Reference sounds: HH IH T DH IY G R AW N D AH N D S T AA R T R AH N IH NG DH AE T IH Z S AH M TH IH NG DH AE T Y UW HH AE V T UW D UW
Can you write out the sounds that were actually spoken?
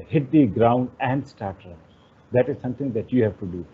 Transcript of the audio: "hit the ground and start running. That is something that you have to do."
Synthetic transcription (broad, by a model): HH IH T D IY G R AW N D AH N D S T AA R T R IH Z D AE T IH Z S AH M T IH NG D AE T Y UW HH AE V T UW D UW